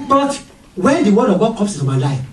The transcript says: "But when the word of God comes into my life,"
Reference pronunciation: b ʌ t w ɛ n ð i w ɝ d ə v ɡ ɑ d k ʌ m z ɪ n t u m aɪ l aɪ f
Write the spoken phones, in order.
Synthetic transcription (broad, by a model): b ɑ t w ɛ n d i w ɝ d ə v ɡ ɑ d k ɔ m s ɪ n t u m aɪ l aɪ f